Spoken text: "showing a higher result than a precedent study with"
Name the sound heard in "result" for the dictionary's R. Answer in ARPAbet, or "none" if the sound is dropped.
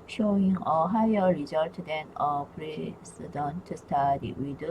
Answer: R